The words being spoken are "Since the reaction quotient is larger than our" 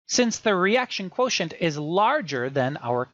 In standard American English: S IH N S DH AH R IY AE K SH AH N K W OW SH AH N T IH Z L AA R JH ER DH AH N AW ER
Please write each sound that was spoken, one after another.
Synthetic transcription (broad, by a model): S IH N S DH AH R IY AE K SH AH N K W OW SH AH N T IH Z L AA R JH ER DH AH N AW ER